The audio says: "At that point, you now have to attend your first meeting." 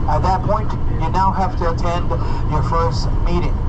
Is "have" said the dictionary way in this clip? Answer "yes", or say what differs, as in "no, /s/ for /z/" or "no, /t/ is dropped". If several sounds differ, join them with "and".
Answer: no, /f/ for /v/